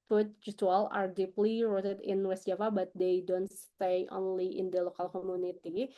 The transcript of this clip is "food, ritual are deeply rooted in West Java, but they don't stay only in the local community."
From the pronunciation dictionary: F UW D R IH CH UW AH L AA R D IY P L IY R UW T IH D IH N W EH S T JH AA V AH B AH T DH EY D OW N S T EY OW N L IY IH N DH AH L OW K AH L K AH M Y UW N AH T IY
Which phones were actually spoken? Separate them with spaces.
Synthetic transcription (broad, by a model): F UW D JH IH S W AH L AA R D IY P L IY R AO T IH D IH N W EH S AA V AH B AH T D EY D OW N S T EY OW N L IY IH N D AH L OW K AH L K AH M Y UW N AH T IY